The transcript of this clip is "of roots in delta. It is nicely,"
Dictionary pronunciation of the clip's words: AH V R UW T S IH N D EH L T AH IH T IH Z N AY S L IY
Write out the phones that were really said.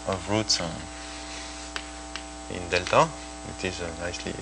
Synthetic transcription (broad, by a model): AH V R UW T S IH N D EH L T AH IH T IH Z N AY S L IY